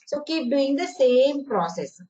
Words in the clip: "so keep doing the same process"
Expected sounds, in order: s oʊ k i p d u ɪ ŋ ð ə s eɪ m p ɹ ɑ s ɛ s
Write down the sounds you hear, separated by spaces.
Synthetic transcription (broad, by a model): s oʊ k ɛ b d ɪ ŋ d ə s eɪ m p ɹ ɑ s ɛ s